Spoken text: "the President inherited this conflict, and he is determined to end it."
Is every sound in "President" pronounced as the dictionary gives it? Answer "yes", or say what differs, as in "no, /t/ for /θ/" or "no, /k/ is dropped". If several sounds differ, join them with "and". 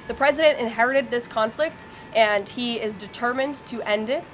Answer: yes